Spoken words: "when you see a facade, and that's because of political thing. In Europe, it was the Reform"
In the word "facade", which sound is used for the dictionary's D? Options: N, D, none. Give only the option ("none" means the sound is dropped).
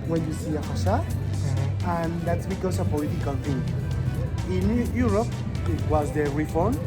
none